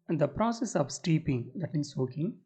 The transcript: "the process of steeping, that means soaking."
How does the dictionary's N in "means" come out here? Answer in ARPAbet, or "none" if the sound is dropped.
none